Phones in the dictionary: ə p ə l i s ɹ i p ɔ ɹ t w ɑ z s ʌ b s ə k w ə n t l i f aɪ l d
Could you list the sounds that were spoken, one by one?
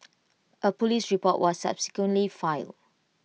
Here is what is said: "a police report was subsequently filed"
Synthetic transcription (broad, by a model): ə p ə l i s ɹ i p ɔ t w ɑ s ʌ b s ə k w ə n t l i f aɪ l